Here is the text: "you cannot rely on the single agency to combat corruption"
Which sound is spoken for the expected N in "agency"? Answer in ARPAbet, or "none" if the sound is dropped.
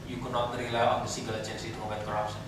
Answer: N